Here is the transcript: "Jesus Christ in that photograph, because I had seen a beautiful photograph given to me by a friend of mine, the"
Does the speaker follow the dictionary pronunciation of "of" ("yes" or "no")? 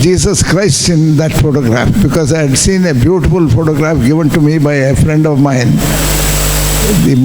yes